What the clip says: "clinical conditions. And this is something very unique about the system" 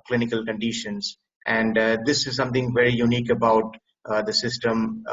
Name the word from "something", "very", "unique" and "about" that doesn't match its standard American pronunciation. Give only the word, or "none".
something